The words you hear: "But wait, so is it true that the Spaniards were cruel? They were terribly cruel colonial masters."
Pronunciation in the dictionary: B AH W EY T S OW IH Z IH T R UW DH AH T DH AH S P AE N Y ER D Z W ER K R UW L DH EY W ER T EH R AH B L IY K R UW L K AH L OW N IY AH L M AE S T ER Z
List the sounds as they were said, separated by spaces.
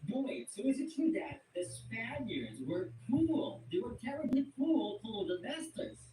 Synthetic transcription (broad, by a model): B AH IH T S OW IH Z IH T R UW DH AH T DH AH S P AE N Y ER D Z W ER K UW L DH EY W ER T EH R AH B L IY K UW L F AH L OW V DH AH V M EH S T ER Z